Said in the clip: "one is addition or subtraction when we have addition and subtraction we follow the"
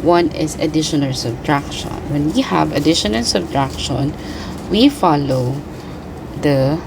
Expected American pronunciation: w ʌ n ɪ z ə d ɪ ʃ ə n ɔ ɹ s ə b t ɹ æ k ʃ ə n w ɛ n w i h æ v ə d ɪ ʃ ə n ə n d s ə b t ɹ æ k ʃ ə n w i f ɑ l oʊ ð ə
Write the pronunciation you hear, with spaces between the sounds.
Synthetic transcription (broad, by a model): w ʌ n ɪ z ə d ɪ ʃ ə n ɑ l s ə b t ɹ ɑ k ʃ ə n w ɛ n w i h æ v ə d ɪ ʃ ə n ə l s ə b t ɹ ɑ k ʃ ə n w i f ɑ l oʊ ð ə